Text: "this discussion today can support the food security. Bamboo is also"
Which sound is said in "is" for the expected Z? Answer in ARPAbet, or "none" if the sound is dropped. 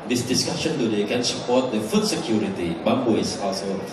S